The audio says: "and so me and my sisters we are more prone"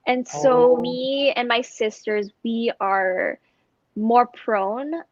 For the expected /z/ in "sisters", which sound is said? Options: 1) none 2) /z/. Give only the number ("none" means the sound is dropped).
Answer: 2